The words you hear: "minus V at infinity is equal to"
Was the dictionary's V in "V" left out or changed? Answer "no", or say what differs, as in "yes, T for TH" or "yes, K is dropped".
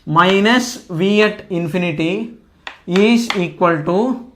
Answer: no